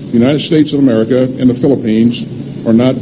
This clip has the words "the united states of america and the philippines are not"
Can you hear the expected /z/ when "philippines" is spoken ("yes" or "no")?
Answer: yes